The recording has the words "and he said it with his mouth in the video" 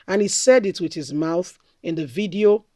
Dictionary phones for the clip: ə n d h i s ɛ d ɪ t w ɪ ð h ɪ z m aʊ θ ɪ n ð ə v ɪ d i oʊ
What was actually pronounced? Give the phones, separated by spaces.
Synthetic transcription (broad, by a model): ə n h i s ɛ d ɪ t w ɪ ð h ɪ z m aʊ θ ɪ n ð ə v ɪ d i oʊ